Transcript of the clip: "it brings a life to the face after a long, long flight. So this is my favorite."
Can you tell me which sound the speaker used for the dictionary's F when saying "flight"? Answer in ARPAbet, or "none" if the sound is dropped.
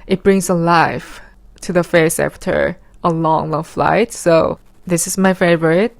F